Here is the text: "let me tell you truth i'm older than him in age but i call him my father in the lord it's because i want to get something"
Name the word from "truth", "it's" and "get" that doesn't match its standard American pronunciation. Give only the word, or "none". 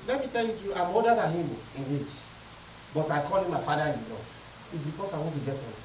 truth